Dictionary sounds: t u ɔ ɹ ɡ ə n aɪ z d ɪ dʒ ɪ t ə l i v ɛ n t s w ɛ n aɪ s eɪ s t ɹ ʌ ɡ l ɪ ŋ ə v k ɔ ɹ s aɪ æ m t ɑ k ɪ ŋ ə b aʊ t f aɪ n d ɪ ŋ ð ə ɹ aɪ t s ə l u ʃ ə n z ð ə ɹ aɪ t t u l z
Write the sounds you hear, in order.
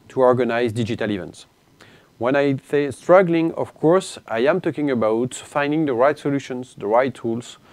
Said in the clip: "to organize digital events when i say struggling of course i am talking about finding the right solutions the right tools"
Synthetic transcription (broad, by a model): t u ɔ ɹ ɡ ə n aɪ z d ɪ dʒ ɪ t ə l i v ɛ n t s w ɛ n aɪ θ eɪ s t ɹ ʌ ɡ l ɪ ŋ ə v k ɔ ɹ s aɪ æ m t ɑ k ɪ ŋ ə b aʊ t f aɪ n d ɪ ŋ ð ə ɹ aɪ t s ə l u ʃ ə n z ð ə ɹ aɪ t t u l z